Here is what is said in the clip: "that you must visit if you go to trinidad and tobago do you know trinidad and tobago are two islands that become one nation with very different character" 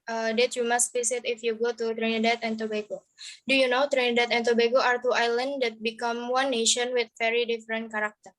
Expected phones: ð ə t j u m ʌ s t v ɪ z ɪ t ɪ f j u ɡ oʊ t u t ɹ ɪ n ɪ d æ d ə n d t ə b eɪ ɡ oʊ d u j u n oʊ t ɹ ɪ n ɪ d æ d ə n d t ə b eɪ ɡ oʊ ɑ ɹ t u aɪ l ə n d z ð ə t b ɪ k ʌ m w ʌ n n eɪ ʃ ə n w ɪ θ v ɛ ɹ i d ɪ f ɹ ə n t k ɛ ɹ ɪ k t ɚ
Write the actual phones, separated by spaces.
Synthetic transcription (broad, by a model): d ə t j u m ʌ s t b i s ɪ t ɪ f j u ɡ oʊ t u t ɹ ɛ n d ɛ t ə n t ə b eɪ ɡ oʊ d u j u n oʊ t ɹ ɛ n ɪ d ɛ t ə n t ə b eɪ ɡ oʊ ɑ ɹ t u aɪ l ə n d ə t b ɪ k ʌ m w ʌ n n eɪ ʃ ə n w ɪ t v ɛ ɹ i d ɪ f ɹ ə n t k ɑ ɹ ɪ k t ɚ